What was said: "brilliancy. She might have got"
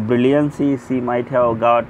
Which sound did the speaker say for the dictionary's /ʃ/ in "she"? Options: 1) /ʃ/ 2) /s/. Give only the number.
2